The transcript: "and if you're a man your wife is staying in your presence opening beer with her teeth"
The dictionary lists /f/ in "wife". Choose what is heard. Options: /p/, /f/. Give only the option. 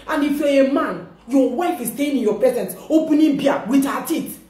/f/